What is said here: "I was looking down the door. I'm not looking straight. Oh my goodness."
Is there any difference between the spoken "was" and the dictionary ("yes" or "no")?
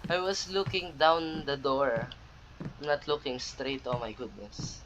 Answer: yes